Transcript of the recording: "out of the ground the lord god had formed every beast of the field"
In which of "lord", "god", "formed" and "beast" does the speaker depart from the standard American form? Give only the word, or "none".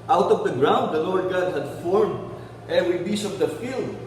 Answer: beast